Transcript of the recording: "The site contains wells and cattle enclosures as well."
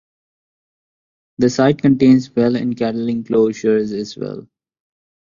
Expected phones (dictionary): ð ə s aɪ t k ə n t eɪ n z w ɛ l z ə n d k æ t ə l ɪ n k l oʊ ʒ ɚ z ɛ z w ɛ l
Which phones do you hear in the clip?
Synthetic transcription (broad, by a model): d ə s aɪ t k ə n t eɪ n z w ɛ l ə n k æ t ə l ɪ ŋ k l oʊ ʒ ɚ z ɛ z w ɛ l